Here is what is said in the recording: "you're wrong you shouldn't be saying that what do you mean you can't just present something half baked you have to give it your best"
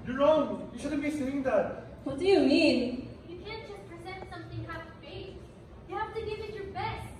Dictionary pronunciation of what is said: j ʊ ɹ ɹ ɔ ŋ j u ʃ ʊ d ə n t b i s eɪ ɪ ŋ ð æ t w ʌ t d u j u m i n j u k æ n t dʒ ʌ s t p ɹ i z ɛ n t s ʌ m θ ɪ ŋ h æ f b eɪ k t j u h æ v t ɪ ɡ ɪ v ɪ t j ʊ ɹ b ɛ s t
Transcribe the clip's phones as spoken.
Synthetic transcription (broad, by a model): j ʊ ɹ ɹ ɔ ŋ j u ʃ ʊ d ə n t b i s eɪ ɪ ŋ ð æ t w ʌ t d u j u m i n j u k æ n t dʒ ʌ s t p ɹ i z ɛ n t s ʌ m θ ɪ ŋ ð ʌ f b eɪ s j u h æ f t ɪ ɡ ɪ v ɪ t j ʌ ɹ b ɛ s t